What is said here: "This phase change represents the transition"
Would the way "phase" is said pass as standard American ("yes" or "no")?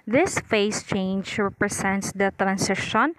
no